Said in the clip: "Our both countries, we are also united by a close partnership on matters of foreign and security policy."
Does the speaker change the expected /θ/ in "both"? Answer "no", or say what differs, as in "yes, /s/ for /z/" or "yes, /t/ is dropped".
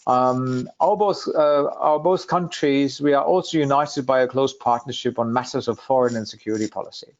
no